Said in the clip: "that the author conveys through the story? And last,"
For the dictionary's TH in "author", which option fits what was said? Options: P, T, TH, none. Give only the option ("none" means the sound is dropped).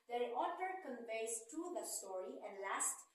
T